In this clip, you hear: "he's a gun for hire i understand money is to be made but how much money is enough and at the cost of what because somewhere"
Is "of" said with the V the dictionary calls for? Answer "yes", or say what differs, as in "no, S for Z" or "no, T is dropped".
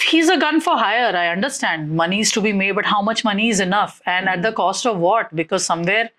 yes